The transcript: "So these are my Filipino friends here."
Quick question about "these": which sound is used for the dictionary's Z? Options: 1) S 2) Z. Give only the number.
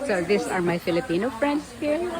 1